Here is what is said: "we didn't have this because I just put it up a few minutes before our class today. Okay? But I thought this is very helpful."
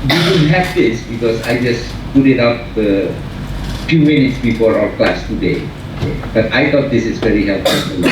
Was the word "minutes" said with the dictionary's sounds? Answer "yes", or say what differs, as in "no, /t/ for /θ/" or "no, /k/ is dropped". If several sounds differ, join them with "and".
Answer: yes